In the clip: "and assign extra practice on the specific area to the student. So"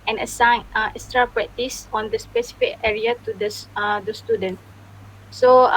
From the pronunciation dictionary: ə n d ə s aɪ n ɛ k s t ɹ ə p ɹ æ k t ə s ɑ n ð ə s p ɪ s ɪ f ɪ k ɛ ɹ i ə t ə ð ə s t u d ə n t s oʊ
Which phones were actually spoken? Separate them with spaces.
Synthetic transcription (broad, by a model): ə n ə s aɪ n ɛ s t ɹ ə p ɹ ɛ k t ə s ɑ n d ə s p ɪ s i f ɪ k ɛ ɹ i ə t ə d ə s t u d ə n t s oʊ